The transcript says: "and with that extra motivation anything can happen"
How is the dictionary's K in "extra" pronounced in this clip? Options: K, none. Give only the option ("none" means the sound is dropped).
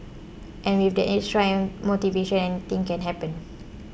none